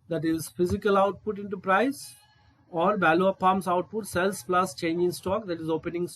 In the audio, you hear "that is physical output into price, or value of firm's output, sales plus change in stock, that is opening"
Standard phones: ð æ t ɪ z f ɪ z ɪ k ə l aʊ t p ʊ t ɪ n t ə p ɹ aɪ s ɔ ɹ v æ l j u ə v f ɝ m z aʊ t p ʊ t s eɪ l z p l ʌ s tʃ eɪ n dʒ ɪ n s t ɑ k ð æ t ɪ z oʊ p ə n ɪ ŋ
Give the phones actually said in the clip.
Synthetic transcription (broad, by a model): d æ t ɪ z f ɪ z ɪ k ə l aʊ t p ʊ t ɪ n t ə p ɹ aɪ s ɔ ɹ b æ l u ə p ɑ m s aʊ t p ʊ t s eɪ l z p l ʌ s tʃ eɪ n dʒ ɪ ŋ s t ɑ k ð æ t ɪ z oʊ p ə n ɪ ŋ